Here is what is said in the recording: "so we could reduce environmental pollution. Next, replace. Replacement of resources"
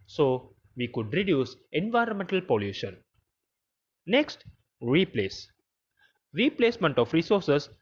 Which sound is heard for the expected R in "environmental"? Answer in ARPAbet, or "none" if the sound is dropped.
R